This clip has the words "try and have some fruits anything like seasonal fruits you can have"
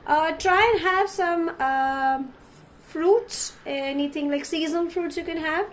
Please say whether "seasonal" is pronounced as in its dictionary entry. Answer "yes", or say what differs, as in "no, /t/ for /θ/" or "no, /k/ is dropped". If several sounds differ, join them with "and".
no, /n/ is dropped